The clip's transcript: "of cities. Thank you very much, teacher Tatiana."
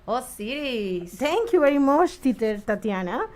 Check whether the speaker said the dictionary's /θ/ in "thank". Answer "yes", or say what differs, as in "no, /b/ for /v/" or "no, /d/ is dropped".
no, /t/ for /θ/